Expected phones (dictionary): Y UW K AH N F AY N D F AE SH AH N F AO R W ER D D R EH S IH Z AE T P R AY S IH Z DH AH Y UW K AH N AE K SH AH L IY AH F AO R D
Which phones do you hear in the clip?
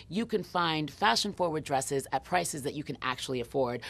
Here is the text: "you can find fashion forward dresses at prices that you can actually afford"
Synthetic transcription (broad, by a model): Y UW K AH N F AY N D F AE SH AH N F AO R W ER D D R EH S IH Z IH T P R AY S IH Z DH AH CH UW K AH N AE K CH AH L IY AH F AO R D